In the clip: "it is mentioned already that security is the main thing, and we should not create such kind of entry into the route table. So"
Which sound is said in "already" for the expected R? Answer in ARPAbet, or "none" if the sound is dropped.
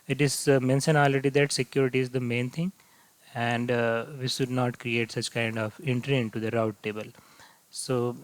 none